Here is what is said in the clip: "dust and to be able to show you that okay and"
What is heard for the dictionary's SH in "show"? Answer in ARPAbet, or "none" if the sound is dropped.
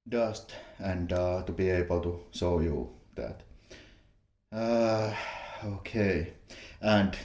S